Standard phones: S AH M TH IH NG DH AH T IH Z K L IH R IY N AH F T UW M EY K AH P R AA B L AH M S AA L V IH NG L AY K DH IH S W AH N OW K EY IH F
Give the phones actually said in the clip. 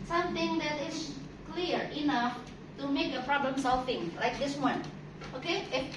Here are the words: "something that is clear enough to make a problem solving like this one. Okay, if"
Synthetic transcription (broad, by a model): S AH M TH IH NG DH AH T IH S K L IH R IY N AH F T UW M EY K AH P R AA B L AH M S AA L F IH NG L AY K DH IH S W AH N OW K EY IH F